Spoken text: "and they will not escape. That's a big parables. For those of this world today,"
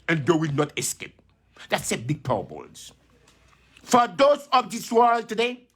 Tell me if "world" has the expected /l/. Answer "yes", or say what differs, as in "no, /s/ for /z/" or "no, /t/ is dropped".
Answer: yes